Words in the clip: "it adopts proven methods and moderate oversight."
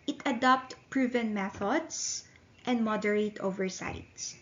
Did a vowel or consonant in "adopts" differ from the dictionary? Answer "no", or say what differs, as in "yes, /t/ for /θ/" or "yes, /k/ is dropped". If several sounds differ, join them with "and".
yes, /s/ is dropped